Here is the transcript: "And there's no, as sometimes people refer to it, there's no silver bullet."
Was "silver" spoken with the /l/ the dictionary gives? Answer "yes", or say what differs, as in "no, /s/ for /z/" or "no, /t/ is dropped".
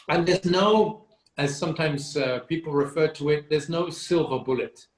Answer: yes